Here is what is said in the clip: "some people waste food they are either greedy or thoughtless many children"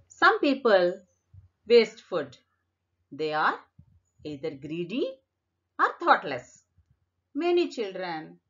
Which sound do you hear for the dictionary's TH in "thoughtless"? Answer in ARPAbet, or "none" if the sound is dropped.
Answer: T